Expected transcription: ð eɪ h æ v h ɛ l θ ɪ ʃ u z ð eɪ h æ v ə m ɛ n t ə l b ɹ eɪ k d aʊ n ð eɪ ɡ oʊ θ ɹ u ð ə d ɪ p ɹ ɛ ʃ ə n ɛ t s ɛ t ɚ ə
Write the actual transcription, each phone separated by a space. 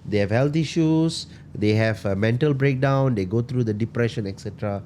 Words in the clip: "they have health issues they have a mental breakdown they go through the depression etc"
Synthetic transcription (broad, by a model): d eɪ h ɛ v h ɛ l t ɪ ʃ u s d eɪ h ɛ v ə m ɛ n t ə l b ɹ eɪ k d aʊ n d eɪ ɡ oʊ t ɹ u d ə d ɪ p ɹ ɛ ʃ ə n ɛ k s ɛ t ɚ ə